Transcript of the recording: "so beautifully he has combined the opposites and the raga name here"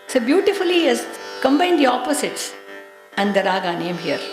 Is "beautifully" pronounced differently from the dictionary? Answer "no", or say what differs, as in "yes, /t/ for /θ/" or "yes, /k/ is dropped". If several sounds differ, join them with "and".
yes, /l/ is dropped